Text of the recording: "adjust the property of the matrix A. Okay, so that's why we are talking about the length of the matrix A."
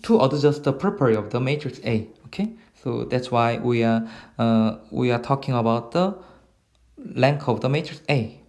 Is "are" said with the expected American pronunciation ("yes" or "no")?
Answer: no